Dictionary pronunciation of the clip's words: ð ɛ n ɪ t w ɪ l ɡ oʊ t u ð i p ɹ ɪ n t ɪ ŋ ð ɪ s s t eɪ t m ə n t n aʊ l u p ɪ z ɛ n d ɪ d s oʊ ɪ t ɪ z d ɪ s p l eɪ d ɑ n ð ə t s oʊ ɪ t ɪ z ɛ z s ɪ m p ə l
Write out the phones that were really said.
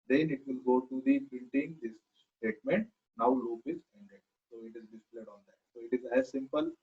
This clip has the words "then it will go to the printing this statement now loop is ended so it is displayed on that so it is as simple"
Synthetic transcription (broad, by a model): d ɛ n ɪ t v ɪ l ɡ oʊ t u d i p ɪ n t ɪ ŋ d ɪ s s t eɪ t m ə n t n aʊ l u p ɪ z ɛ n d ɪ d s oʊ ɪ t ɪ z d ɪ s p l eɪ d ɑ n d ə t s oʊ ɪ t ɪ z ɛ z s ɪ m p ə l